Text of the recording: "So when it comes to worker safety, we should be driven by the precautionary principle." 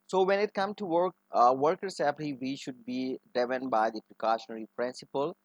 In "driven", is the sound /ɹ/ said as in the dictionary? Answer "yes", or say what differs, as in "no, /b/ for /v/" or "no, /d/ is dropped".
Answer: no, /ɹ/ is dropped